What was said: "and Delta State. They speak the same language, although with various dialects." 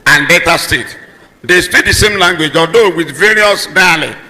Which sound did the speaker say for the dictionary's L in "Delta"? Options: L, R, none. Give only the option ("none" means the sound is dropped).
none